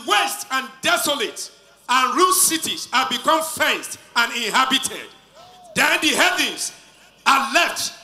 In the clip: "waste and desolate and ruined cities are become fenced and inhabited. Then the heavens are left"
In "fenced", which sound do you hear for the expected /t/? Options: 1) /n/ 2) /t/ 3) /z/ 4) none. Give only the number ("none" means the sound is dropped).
2